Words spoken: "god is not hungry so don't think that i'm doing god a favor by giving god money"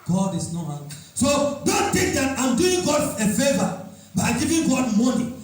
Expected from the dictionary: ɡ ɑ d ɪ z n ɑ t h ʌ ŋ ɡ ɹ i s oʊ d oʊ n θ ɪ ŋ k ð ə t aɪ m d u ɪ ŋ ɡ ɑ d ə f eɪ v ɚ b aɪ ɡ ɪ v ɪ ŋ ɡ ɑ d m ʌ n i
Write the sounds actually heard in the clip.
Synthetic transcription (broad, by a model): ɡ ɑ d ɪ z n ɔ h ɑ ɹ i s oʊ d oʊ n t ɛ k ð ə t aɪ m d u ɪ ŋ ɡ ɑ d ə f eɪ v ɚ b aɪ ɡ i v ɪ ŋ ɡ ɑ d m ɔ n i